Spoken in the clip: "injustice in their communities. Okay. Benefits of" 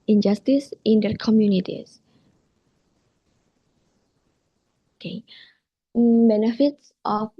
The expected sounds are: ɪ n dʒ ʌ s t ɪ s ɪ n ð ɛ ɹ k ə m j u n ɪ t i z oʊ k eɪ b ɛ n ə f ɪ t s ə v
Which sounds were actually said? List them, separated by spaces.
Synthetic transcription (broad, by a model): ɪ n dʒ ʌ s t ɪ s ɪ n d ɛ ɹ k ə m j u n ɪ t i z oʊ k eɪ b ɛ n ə f ɪ t s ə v